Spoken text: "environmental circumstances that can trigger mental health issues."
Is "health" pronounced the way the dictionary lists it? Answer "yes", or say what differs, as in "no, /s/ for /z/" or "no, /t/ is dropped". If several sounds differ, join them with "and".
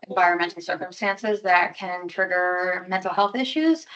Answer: yes